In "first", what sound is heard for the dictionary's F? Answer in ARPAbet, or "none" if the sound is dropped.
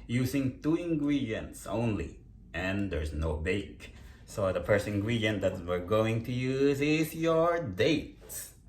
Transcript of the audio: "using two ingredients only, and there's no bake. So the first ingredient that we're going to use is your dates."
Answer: P